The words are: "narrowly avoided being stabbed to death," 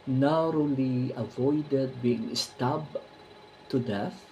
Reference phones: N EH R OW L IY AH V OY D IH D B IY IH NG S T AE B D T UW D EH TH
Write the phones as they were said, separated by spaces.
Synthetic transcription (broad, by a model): N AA R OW L IY AH V OY D IH D B IY IH NG S T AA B T UW D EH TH